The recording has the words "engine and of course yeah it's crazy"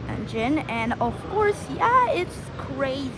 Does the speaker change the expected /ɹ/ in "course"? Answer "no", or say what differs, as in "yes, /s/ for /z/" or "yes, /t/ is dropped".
no